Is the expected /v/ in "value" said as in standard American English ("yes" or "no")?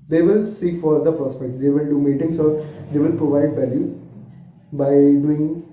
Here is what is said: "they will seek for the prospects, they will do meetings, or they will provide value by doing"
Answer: yes